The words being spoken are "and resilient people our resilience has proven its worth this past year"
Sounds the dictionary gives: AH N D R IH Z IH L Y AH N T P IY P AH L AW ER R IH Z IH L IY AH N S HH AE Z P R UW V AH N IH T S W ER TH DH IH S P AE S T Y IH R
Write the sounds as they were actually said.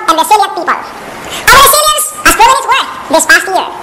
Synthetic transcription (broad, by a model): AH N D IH S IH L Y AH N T P IY P AH L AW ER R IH S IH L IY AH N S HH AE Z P IH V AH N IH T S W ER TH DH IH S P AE S T Y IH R